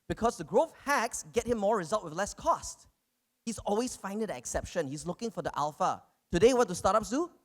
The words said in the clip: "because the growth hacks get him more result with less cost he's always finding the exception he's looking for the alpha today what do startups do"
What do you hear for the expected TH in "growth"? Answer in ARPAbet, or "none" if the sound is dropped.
F